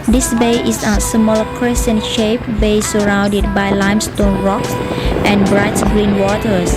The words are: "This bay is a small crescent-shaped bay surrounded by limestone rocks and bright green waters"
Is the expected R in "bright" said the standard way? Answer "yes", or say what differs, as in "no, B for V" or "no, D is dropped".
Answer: yes